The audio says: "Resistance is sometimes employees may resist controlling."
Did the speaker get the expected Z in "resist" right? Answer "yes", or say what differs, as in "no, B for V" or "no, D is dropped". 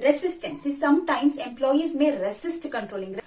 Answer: no, S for Z